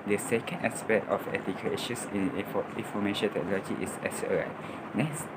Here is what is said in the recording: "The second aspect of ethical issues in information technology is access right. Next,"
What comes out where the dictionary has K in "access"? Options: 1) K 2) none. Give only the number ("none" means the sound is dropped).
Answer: 2